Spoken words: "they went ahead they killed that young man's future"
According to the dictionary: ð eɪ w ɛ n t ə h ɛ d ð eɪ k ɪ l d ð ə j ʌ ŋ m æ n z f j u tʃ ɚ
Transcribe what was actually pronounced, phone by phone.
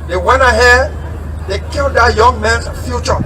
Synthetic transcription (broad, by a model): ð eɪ w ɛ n ə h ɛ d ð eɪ k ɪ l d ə j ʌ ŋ m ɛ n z f j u tʃ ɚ